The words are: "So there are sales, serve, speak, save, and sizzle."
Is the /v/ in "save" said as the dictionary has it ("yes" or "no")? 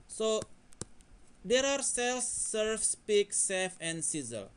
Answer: no